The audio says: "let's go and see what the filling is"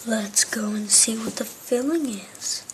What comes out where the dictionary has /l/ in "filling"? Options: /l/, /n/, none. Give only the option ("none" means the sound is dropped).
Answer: /l/